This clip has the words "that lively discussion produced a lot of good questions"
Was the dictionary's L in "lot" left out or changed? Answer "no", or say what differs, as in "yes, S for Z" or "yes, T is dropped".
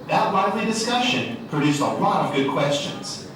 no